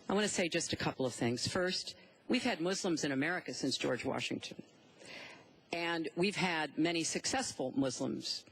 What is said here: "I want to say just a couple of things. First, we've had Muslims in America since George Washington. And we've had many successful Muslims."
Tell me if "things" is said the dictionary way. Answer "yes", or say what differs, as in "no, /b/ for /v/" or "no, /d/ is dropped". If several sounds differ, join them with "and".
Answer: yes